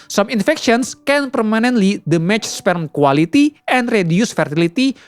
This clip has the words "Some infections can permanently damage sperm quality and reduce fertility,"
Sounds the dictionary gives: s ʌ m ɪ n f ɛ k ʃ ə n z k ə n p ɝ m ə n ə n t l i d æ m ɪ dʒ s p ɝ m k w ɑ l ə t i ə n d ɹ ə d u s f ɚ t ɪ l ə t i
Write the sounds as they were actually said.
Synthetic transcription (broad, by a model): s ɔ m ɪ n f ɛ k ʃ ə n s k ə n p ɝ m ə n ə n t l i d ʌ m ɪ tʃ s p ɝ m k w ɑ l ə t i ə n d ɹ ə d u s f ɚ t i l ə t i